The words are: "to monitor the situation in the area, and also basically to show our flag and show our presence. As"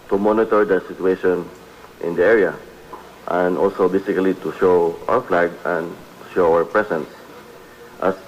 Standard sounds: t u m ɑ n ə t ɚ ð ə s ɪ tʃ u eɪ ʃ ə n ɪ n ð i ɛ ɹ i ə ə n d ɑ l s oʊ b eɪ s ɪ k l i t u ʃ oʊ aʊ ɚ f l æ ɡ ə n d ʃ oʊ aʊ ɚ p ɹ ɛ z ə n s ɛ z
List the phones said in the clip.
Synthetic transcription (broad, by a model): t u m ɑ n ə t ɚ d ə s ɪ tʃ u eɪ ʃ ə n ɪ n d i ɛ ɹ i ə ə n d ɑ l s oʊ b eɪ s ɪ k l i t u ʃ oʊ aʊ ɚ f l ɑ ɡ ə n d ʃ oʊ aʊ ɚ p ɹ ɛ s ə n s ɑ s